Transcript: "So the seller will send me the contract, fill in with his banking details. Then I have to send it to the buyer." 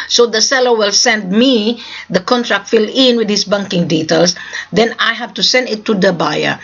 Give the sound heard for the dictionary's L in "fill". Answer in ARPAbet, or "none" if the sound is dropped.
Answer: L